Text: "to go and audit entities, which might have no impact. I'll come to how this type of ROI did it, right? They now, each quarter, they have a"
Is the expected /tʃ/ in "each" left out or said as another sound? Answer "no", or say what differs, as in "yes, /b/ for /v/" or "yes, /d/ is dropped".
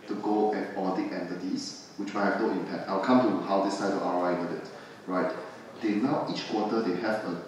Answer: no